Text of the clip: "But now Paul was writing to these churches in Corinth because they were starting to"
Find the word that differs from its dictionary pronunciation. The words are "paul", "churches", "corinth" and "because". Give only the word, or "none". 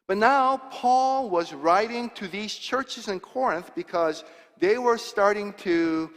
none